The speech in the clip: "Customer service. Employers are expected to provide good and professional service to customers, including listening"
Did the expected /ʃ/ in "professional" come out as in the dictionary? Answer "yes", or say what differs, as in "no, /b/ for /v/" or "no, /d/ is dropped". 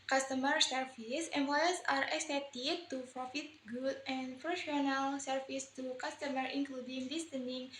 no, /ʃ/ is dropped